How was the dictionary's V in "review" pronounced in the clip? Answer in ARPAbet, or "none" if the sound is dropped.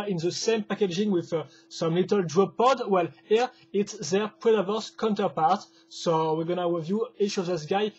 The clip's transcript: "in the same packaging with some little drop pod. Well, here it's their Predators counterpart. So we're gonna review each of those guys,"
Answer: V